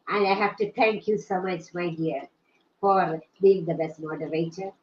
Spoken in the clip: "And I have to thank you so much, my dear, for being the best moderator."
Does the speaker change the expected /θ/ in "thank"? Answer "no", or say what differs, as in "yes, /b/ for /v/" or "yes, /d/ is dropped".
yes, /t/ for /θ/